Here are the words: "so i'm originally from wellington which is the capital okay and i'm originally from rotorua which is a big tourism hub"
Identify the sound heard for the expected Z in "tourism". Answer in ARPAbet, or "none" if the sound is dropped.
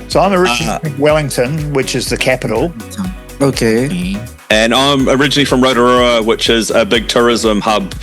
Z